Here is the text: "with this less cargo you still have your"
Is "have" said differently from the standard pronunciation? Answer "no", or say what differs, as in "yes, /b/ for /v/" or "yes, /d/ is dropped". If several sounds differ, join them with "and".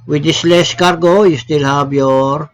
yes, /b/ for /v/